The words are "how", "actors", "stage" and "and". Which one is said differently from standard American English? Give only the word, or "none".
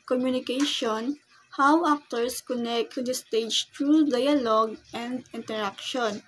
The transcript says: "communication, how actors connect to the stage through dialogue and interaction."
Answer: actors